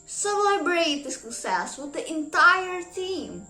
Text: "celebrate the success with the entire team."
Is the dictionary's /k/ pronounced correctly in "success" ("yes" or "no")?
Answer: no